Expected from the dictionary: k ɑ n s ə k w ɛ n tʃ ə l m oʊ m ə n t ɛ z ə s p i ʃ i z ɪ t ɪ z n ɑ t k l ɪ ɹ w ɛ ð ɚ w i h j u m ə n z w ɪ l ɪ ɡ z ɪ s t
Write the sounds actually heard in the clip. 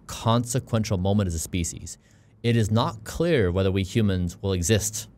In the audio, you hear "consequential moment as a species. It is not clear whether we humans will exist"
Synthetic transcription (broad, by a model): k ɑ n s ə k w ɛ n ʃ l m oʊ m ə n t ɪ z ə s p i ʃ i z ɪ t ɪ z n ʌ t k l ɪ ɹ w ɛ ð ɚ w i h j u m ə n z w ɪ l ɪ ɡ z ɪ s t